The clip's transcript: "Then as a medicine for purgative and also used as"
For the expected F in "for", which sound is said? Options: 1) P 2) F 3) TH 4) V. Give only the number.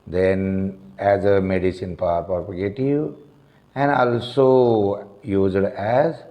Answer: 1